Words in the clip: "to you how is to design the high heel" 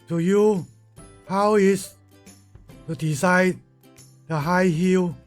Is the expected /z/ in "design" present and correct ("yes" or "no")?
no